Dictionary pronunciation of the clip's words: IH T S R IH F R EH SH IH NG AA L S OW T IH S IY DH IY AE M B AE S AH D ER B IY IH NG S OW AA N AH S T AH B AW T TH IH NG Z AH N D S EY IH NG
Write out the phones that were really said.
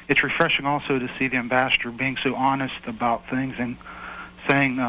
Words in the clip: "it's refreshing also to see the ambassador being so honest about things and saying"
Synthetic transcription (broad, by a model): IH T S R IH F R EH SH IH NG AA L S OW T IH S IY DH IY AE M B AE S AH D ER B IY IH NG S OW AA N AH S T AH B AW T TH IH NG Z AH N S EY IH NG